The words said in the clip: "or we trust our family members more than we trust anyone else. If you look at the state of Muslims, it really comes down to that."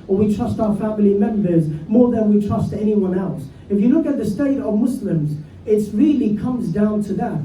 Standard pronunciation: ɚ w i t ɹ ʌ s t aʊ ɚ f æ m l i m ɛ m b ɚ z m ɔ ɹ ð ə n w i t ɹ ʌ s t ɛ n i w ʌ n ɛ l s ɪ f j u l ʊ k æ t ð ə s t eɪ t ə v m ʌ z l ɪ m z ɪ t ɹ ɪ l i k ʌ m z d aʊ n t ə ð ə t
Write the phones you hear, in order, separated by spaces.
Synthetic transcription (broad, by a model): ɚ w i t ɹ ʌ s t aʊ ɚ f æ m l i m ɛ m b ɚ z m ɔ ɹ ð ə n w i t ɹ ʌ s t ɛ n i w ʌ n ɛ l s ɪ f j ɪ l ʊ k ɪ t ð ə s t eɪ t ə v m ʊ s l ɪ m z ɪ t ɹ ɪ l i k ʌ m z d aʊ n t ə ð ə t